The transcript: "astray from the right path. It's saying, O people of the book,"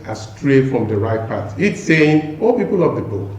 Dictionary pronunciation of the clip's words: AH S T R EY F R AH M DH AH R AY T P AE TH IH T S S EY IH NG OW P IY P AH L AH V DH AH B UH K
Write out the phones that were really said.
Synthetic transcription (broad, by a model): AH S T R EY F R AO M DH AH R AY T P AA T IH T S S EY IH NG OW P IY P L L AH V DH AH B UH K